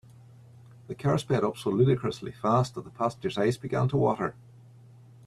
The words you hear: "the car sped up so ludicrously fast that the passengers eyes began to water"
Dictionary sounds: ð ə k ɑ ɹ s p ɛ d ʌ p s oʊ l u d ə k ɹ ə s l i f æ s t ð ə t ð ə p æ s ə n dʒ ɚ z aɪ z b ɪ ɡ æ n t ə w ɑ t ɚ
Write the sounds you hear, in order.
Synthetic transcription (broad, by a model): ð ə k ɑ ɹ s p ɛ d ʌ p s oʊ l u d ə k ɹ ə s l i f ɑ s t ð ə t ð ə p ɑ s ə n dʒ ɚ z aɪ s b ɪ ɡ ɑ n t ə w ɑ t ɚ